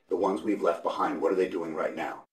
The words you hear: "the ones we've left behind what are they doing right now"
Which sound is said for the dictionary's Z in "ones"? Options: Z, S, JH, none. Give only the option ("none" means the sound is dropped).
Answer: Z